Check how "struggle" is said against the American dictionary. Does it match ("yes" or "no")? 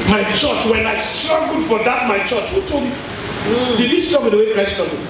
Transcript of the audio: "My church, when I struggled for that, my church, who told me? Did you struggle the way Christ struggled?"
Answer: no